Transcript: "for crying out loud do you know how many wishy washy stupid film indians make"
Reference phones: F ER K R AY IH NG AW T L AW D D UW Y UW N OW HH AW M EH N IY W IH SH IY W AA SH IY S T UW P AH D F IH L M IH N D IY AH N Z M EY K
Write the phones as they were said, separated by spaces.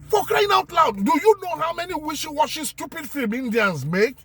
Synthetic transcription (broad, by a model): F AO K R AY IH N AW T L AW D D UW Y UW N OW HH AW M EH N IY W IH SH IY W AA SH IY S T UW P AH D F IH M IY N D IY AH N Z M EY K